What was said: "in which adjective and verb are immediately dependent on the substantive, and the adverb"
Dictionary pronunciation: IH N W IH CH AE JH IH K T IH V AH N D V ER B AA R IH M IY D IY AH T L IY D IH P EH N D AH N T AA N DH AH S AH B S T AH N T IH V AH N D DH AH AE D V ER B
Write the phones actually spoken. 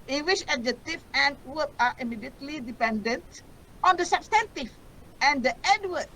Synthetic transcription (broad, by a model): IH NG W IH SH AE JH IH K T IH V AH N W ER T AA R IH M IY D IY AH T L IY D IH P EH N D AH N T AA N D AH S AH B S T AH N T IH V AH N D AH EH D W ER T